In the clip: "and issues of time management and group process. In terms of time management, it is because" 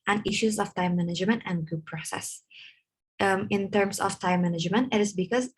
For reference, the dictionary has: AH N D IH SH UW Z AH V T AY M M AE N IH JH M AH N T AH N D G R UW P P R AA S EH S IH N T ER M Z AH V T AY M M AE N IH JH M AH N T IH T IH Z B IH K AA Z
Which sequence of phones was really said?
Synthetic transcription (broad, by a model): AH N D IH SH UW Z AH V T AY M M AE N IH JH M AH N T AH N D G UW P P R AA S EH S IH N T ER M S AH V T AY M M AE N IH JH M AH N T IH T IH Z B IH K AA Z